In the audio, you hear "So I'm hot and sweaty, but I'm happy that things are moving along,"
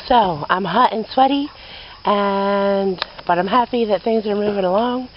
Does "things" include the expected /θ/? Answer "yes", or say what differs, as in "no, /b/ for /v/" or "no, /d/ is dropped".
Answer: yes